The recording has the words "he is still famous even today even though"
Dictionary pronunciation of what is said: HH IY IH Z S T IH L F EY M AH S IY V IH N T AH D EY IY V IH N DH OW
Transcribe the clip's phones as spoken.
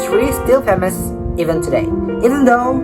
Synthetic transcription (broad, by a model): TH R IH S T IH L P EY M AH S IY V IH N T AH D EY IY V IH N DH OW